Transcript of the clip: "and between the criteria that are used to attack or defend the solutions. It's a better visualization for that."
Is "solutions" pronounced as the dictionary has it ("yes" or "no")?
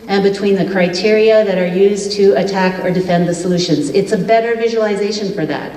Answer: yes